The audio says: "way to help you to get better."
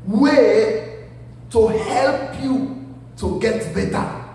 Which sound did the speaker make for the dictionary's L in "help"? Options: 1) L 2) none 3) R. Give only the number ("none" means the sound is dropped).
1